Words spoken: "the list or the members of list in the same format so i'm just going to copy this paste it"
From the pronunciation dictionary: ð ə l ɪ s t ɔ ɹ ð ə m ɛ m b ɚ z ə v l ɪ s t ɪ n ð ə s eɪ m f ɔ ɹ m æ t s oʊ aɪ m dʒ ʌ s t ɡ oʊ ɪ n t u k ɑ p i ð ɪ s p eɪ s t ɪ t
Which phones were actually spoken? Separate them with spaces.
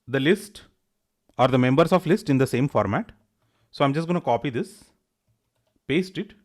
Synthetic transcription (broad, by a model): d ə l ɪ s t ɔ ɹ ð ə m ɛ m b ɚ s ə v l ɪ s t ɪ n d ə s eɪ m f ɔ ɹ m æ t s oʊ aɪ m dʒ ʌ s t ɡ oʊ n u k ɑ p i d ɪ s p eɪ s t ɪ t